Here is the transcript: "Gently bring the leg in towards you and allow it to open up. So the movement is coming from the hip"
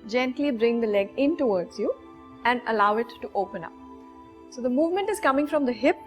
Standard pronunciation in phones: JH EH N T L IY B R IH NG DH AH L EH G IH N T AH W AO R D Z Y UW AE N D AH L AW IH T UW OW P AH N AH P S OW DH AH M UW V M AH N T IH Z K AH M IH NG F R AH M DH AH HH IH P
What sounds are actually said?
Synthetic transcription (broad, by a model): JH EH N T L IY B R IH NG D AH L EH G IH N T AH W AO R D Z Y UW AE N D AH L AW IH T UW OW P AH N AH P S OW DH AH M UW V M AH N T IH Z K AH M IH NG F R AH M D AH HH IH P